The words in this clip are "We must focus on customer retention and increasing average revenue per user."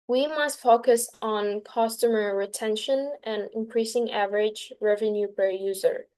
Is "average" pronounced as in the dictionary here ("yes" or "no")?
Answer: yes